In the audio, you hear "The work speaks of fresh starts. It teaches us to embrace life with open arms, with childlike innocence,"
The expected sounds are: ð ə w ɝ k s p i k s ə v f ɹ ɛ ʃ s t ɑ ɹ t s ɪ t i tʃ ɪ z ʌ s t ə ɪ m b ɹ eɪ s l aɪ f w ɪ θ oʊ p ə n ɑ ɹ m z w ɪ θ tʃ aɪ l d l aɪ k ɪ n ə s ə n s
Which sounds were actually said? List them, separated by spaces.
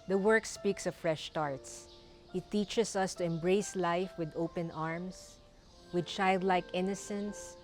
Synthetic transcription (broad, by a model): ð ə w ɝ k s p i k s ə v f ɹ ɛ ʃ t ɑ ɹ t s ɪ t i tʃ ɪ s ʌ s t ə ɪ m b ɹ eɪ s l aɪ f w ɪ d oʊ p ə n ɑ ɹ m s w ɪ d tʃ aɪ l d l aɪ k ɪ n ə s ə n s